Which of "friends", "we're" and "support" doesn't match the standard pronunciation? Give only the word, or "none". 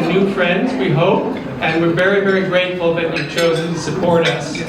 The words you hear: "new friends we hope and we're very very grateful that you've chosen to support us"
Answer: none